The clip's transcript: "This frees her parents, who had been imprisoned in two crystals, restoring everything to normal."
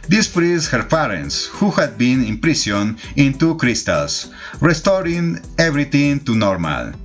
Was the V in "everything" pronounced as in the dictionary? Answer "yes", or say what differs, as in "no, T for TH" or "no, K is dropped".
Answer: no, B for V